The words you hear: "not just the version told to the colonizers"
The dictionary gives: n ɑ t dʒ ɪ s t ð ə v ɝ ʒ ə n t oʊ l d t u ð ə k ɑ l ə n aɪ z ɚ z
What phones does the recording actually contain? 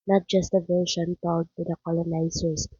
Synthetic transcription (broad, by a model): n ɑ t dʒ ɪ s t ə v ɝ ʃ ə n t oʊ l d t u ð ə k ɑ l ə n aɪ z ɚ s